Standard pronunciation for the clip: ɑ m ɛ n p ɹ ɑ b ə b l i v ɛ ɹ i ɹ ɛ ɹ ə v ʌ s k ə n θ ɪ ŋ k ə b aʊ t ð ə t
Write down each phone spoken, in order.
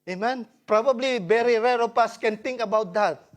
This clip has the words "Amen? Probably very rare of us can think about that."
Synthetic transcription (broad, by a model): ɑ m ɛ n p ɹ ɑ b ə b l i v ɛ ɹ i ɹ ɛ ɹ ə p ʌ s k ə n t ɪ ŋ k ə b aʊ t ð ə t